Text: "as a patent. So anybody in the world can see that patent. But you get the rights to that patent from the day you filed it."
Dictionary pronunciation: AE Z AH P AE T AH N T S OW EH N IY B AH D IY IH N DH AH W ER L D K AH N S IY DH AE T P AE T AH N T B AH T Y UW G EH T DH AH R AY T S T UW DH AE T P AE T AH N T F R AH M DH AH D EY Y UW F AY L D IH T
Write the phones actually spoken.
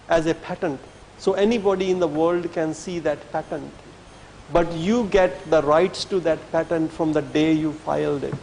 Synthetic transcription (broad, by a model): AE Z AH P AE T AH N T S OW EH N IY B AH D IY IH N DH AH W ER L D K AH N S IY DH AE T P AE T AH N T B AH T Y UW G EH T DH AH R AY T S T UW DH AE T P AE T AH N T F R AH M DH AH D EY Y UW F AY L D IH T